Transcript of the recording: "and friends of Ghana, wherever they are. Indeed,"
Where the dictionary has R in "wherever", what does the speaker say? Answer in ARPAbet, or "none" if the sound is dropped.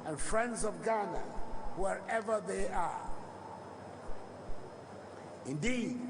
R